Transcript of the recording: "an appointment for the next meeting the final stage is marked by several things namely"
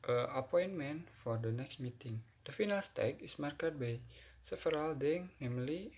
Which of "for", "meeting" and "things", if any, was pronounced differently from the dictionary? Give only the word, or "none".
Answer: things